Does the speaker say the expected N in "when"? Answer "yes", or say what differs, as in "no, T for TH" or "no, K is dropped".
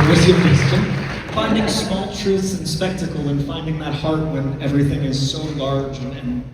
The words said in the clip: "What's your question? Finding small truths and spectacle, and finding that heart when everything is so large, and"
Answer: yes